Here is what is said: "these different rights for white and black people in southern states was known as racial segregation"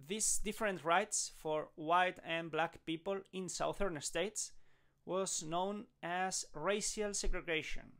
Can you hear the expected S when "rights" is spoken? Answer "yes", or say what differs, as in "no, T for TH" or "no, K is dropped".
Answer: yes